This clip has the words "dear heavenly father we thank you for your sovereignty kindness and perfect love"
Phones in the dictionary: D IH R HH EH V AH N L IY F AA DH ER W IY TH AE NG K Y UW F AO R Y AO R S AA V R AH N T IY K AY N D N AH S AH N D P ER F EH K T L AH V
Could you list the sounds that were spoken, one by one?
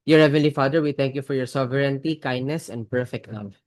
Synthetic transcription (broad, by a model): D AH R HH EH V AH N L IY F AA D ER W IY T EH NG K Y UW F AO R Y AO R S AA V R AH N T IY K AY N D N AH S AH N D P ER F EH K T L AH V